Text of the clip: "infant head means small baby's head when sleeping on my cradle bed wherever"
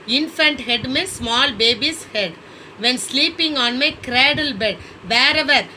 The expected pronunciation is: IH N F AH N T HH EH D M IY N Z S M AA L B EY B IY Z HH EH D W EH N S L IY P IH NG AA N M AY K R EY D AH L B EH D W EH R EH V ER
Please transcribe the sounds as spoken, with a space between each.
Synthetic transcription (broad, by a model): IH N F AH N T HH EH D M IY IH S M AA L B EY B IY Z HH EH D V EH N S L IY P IH NG AA N M AY K R EY D AH L B EH D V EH R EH V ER